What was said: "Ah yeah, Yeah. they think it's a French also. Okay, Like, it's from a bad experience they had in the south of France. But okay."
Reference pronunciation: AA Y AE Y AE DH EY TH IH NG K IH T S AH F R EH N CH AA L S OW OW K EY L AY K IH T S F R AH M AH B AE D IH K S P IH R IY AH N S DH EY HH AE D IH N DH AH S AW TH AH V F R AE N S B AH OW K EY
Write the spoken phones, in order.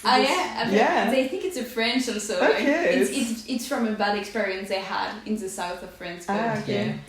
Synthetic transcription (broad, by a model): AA Y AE Y AE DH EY TH IH NG K IH T S AH F R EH N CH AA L S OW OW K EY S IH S IH T S F R AH M AH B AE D IH K S P IH R IY AH N S DH EY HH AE D IH N DH AH S AW TH AH V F R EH N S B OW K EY